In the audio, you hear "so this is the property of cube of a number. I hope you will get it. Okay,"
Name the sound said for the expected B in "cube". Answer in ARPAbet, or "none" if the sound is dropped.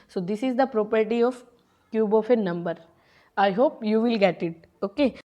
B